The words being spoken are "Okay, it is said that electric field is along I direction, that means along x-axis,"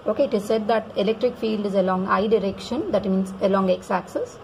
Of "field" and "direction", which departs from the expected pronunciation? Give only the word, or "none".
none